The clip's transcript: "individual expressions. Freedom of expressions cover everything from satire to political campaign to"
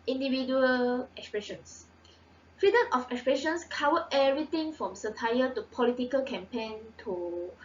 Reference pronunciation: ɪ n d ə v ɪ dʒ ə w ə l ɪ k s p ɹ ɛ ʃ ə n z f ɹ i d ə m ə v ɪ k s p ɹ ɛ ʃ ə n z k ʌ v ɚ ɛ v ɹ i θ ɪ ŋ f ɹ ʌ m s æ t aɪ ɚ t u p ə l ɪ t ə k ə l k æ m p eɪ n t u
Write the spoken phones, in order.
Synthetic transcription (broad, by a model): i n d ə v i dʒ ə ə l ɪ k s p ɹ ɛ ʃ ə n s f i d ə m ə f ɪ k s p ɹ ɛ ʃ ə n s k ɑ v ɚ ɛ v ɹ i t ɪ ŋ f ɹ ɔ m s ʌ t aɪ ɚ t u p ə l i t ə k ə l k æ m p eɪ n t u